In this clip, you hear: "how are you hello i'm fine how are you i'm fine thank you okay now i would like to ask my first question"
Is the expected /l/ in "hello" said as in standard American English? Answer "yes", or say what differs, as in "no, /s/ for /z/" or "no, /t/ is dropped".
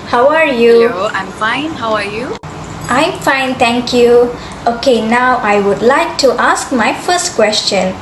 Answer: no, /l/ is dropped